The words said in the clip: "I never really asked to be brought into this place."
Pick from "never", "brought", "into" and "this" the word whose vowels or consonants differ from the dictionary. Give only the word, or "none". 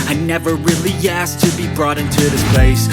none